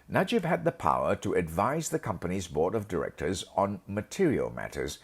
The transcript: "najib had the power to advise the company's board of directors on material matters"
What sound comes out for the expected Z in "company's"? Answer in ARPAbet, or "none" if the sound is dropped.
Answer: Z